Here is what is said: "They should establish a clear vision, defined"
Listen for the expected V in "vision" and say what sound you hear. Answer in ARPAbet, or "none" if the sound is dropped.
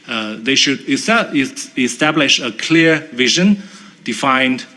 V